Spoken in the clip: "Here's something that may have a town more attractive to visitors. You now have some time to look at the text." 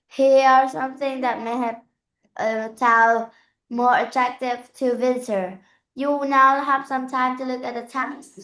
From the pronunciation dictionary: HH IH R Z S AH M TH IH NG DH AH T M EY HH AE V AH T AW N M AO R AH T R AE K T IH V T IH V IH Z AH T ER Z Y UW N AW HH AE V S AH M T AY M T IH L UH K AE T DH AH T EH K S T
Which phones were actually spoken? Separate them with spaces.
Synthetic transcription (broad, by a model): HH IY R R S AH M TH IH NG DH AH T M EY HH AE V AH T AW L M AO R AH T R AE K T IH V T IH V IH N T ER Y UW N AW HH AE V S AH M T AY M T IH L UH K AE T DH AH T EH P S